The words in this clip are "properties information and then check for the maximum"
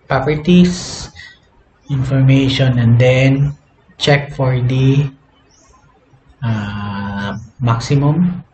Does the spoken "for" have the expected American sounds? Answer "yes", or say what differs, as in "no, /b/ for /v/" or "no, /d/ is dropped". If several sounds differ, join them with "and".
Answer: yes